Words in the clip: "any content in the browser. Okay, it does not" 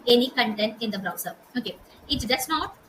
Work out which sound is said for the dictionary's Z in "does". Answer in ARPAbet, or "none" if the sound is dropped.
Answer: S